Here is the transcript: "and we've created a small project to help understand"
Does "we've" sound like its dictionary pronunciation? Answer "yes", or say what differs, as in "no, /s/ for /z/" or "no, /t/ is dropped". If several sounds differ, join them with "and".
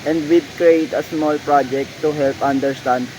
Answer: no, /b/ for /v/